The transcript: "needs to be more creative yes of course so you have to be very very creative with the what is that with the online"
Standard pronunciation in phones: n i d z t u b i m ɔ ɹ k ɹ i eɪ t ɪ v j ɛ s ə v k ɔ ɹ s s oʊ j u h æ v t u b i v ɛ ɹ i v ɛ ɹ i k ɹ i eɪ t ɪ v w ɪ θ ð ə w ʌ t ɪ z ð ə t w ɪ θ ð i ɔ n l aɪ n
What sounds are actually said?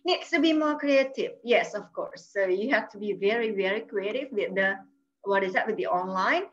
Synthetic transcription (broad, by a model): n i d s t u b i m ɔ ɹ k ɹ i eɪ t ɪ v j ɛ s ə f k ɔ ɹ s s oʊ j u h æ f t u b i v ɛ ɹ i v ɛ ɹ i k ɹ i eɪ t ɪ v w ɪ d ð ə w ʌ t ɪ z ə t w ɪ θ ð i ɔ n l aɪ n